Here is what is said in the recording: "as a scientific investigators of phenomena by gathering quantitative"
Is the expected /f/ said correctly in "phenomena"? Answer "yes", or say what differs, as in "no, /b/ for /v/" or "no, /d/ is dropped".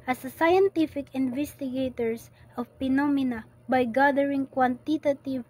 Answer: no, /p/ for /f/